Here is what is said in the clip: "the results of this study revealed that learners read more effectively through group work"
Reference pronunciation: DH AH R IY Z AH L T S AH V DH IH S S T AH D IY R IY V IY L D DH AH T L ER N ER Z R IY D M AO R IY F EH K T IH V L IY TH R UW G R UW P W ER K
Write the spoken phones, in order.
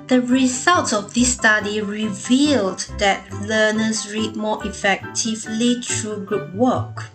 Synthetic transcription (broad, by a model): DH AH R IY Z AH L T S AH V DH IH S S T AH D IY R IY V IY L D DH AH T L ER N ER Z R IY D M AO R IY F EH K T IH V L IY T R UW G R UW P W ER K